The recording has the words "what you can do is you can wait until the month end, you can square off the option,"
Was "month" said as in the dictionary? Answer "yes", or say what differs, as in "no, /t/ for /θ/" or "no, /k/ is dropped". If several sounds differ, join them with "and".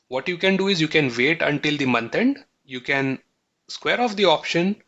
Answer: no, /t/ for /θ/